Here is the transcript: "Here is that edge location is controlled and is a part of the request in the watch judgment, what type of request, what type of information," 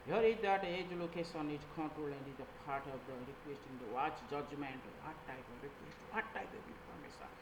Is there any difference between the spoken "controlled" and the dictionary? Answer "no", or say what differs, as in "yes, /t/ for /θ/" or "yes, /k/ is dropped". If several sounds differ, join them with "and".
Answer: yes, /d/ is dropped